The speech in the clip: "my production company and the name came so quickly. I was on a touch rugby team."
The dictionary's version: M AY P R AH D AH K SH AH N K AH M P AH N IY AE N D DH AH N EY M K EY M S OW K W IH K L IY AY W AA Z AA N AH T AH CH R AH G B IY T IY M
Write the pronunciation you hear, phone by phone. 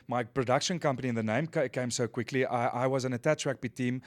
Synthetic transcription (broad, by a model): M AY P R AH D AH K SH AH N K AH M P AH N IY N DH AH N EY M K EY M S OW K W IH K L IY AY W AA Z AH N AH T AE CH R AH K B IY T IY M